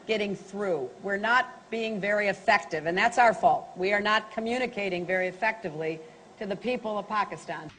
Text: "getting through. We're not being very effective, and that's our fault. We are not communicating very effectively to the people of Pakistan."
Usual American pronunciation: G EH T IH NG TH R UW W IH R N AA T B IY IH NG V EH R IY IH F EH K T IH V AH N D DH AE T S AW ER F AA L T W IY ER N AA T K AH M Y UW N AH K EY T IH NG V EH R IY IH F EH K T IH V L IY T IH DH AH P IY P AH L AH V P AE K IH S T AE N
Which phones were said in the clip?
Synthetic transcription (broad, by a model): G EH T IH NG TH R UW W IH R N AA T B IY IH NG V EH R IY IH F EH K T IH V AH N DH AE T S AW ER F AA L T W IY ER N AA T K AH M Y UW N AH K EY T IH NG V EH R IY IH F EH K T IH V L IY T IH DH AH P IY P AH L AH V P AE K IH S T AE N